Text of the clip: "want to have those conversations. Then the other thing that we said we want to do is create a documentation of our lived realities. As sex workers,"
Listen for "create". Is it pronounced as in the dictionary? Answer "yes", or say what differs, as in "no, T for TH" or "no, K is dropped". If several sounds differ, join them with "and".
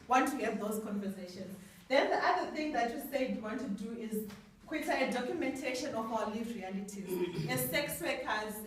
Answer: no, W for R